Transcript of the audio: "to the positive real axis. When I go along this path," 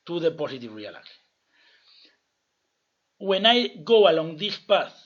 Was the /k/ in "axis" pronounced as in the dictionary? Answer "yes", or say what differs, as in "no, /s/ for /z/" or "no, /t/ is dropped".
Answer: no, /k/ is dropped